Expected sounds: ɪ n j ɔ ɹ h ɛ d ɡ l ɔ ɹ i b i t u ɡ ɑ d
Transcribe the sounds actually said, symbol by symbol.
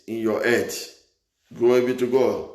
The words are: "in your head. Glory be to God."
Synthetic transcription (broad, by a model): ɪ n j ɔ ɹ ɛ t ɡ ɔ i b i t u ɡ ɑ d